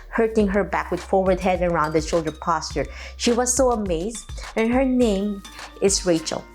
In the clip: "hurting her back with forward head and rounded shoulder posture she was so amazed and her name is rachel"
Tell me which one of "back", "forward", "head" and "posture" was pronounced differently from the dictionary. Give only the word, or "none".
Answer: none